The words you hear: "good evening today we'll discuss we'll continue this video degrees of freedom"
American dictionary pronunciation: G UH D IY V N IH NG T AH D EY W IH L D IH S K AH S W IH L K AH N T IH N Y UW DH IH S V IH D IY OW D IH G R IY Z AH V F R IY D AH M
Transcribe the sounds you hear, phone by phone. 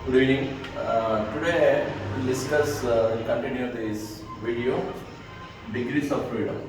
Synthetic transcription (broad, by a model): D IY N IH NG T AH D EY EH N D IH S K AH S K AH N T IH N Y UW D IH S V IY D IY OW D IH G R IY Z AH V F R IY D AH M